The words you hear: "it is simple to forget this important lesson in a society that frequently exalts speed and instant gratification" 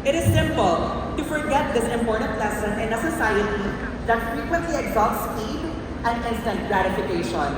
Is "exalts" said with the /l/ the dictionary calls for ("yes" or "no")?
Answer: no